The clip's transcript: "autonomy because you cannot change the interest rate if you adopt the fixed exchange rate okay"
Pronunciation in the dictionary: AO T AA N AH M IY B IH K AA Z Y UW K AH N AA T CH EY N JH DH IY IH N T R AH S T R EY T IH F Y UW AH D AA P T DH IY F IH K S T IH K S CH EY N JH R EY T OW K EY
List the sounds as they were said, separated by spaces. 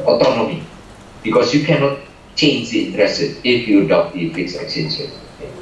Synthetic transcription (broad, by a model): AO T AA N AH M IY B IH K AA S Y UW K AH N AA T CH EY N JH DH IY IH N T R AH S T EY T IH F Y UW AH D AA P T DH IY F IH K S IH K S EY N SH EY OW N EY